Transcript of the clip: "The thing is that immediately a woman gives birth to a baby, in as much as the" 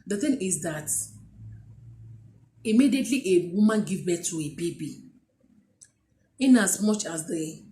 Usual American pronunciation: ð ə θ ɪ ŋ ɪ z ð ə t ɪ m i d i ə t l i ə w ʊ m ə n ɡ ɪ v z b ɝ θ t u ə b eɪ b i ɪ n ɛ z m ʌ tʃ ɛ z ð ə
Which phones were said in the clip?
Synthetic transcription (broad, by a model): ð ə θ ɪ ŋ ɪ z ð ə t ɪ m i d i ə t l i ə w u m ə n ɡ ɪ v b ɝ t u ə b eɪ b i ɪ n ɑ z m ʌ tʃ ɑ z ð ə